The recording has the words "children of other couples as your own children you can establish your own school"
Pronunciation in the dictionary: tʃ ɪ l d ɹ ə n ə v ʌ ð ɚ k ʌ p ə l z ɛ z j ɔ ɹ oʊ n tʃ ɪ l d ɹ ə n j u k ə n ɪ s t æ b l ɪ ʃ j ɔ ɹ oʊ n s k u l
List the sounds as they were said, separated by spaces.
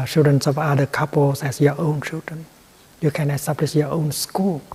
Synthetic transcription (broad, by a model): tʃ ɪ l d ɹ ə n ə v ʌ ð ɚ k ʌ p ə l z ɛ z j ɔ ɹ oʊ n tʃ ɪ l d ɹ ə n j u k ə n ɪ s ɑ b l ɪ s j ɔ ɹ oʊ n s k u l